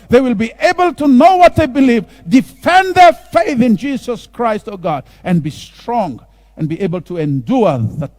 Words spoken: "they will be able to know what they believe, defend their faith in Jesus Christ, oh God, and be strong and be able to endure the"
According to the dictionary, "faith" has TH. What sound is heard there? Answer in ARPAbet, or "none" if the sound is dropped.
TH